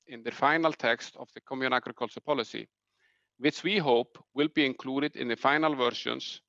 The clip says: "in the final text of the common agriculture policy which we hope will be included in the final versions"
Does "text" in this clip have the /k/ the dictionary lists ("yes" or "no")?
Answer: yes